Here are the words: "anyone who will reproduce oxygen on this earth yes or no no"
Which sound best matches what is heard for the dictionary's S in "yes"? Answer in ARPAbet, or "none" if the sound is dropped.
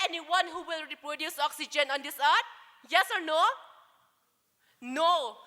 S